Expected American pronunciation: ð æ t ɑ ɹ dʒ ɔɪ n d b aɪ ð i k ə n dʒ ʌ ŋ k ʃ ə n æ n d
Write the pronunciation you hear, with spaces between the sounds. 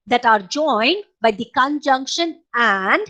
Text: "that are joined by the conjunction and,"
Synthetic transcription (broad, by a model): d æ t ɑ ɹ dʒ ɔɪ n d b aɪ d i k ə n dʒ ʌ ŋ k ʃ ə n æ n d